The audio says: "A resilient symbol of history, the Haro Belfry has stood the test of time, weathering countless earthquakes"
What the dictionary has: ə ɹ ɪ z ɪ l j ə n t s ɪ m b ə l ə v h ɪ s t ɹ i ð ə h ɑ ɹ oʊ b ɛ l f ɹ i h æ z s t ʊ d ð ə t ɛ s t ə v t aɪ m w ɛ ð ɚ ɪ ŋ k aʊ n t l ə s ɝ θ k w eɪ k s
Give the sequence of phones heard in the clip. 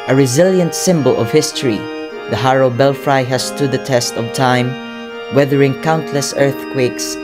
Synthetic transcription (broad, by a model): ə ɹ ɪ z ɪ l j ə n t s ɪ m b ə l ə v h ɪ s t ɹ i ð ə h ɑ ɹ oʊ b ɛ l f ɹ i h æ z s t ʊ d ð ə t ɛ s t ə v t aɪ m w ɛ ð ɚ ɪ ŋ k aʊ n t l ə s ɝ θ k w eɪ k s